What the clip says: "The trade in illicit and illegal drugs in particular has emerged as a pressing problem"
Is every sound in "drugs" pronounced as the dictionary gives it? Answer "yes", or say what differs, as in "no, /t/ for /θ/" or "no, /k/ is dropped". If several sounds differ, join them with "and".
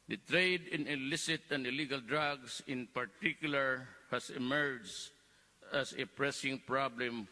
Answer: no, /s/ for /z/